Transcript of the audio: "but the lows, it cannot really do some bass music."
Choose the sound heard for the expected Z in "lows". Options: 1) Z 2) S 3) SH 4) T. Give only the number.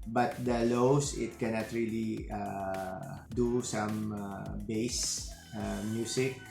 2